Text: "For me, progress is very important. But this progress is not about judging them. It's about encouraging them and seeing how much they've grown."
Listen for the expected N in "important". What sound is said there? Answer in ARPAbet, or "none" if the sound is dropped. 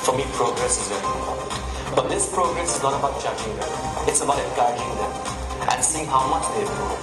none